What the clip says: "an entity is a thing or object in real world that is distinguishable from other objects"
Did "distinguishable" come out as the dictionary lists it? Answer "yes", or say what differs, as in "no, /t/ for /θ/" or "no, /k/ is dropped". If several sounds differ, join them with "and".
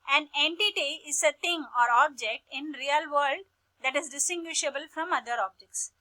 yes